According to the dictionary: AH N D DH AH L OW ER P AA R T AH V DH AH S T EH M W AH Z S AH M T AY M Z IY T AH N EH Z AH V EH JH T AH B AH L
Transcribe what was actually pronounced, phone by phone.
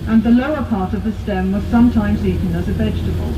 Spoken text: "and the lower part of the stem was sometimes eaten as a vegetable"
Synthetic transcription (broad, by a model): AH N DH AH L OW ER P AA R T AH V DH AH S T EH M W AH Z S AH M T AY M Z IY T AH N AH Z AH V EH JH T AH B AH L